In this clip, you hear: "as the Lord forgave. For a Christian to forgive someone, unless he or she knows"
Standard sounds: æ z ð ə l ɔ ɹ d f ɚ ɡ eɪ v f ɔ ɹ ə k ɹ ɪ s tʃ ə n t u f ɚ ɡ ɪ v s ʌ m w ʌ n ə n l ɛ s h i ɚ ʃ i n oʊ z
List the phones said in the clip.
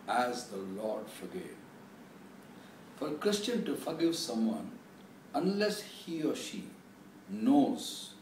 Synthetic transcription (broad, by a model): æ z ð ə l ɔ ɹ d f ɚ ɡ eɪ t f ɔ ɹ k ɹ ɪ s tʃ ə n t u f ɚ ɡ ɪ v s ʌ m w ʌ n ə n l ɛ s h i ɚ ʃ i n oʊ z